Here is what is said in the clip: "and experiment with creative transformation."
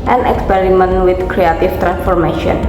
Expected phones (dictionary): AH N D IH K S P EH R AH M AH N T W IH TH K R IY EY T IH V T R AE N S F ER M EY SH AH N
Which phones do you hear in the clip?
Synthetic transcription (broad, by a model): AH N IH K S P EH R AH M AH N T W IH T K R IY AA T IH F T R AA N S F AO M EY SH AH N